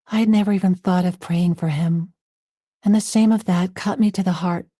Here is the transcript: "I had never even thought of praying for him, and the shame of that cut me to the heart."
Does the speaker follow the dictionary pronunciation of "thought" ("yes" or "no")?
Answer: yes